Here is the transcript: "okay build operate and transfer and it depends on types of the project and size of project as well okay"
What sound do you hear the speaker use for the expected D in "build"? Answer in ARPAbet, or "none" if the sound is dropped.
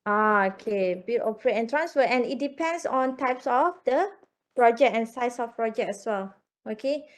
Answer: none